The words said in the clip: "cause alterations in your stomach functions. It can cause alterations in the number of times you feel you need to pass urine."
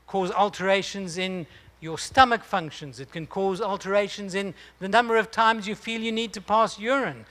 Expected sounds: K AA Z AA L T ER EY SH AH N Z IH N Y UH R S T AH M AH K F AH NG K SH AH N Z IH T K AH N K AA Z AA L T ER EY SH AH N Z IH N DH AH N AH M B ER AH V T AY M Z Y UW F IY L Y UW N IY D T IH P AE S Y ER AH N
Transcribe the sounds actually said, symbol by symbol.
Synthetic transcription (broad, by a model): K AA Z AA L T ER EY SH AH N Z IH N Y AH R S T AH M AH K F AH NG K SH AH N Z IH T K AH N K AA Z AA L T ER EY SH AH N Z IH N DH AH N AH M B ER AH V T AY M Z Y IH F IY L Y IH N IY D T IH P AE S Y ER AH N